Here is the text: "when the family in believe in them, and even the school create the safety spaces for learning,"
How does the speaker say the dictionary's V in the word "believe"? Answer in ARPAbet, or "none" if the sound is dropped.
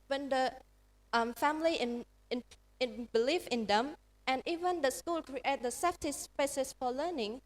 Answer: F